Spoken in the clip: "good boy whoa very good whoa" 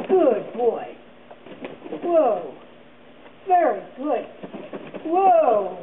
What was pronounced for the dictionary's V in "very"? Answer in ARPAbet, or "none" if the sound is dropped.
V